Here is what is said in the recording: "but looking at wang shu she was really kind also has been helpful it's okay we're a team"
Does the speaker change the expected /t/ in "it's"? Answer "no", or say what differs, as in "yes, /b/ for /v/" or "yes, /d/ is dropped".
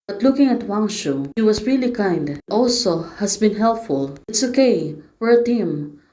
no